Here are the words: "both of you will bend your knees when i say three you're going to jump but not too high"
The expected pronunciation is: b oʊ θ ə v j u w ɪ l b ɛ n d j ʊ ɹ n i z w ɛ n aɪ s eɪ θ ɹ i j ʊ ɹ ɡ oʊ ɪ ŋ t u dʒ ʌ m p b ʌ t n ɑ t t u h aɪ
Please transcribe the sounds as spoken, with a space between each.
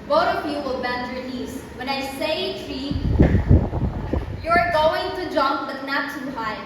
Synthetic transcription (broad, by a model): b oʊ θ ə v j u w ɪ l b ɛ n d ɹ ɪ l i s w ɛ n aɪ s eɪ t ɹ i j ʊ ɹ ɡ oʊ ɪ ŋ t u dʒ ʌ m p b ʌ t n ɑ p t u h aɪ